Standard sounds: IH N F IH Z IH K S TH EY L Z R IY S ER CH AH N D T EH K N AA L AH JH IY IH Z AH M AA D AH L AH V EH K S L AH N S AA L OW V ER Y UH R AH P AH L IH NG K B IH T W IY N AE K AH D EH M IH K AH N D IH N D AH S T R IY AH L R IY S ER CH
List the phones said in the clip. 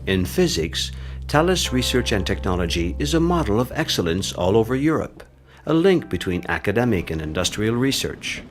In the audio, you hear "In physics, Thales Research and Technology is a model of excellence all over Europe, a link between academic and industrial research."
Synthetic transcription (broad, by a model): IH N F IH Z IH K S T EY L S R IY S ER CH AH N T EH K N AA L AH JH IY IH Z AH M AA D L AH V EH K S L AH N S AA L OW V ER Y UH R AH P AH L IH NG K B IH T W IY N AE K AH D EH M IH K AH N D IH N D AH S T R IY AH L R IY S ER CH